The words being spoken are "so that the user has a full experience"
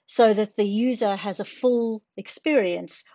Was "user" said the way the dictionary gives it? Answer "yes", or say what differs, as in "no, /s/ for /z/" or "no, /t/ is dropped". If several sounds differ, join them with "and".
yes